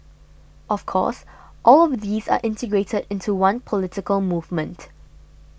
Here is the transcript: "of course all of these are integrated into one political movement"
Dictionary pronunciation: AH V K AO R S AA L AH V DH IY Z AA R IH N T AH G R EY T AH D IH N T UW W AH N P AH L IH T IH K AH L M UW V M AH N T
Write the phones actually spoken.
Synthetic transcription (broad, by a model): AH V K AO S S AA L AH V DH IY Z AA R IH N T AH G R EY T AH D IH N T UW W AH N P AH L IH T IH K AH L M UW V M AH N T